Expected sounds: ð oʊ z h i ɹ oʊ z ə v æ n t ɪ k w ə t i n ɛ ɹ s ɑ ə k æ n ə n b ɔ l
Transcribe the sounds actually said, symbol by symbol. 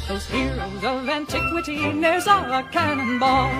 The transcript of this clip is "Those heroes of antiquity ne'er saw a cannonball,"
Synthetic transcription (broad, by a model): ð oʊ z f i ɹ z ə v æ n t ɪ k w ə t i n ɛ ɹ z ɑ ə k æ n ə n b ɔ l